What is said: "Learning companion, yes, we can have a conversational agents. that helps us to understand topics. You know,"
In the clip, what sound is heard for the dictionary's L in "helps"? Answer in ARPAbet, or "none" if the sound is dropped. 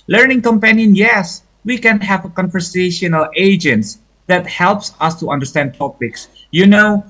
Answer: L